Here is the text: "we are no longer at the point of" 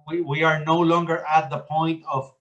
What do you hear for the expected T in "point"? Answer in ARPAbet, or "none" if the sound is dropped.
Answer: T